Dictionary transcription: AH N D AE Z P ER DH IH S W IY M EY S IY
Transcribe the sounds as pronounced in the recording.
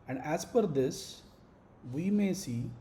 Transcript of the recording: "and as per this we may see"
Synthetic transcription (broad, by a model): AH N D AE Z F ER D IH S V IY M EY S IY